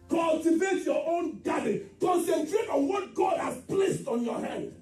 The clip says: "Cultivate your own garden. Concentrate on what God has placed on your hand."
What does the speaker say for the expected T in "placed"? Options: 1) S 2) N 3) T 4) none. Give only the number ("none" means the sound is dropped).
3